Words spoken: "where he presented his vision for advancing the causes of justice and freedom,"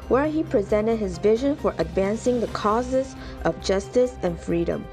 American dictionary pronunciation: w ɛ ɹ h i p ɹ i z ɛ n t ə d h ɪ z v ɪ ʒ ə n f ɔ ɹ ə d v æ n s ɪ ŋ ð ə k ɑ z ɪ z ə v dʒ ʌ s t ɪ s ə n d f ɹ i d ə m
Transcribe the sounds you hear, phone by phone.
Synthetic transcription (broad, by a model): w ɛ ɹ h i p ɹ i z ɛ n t ə d h ɪ z v ɪ ʒ ə n f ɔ ɹ ə d v æ n s ɪ ŋ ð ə k ɑ z ɪ z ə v dʒ ʌ s t ɪ s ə n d f ɹ i d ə m